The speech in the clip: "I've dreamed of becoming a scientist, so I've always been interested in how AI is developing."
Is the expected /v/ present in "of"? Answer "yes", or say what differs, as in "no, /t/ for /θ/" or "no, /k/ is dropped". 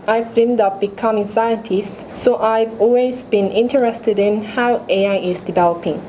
no, /p/ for /v/